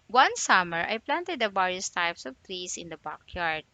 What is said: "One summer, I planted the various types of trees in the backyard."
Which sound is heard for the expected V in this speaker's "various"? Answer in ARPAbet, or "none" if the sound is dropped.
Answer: B